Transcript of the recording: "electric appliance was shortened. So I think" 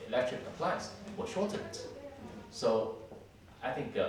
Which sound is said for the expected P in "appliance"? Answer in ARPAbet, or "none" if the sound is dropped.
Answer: F